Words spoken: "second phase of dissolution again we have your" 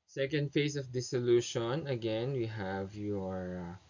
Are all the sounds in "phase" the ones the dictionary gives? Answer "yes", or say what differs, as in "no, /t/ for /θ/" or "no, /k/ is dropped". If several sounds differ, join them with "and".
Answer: no, /s/ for /z/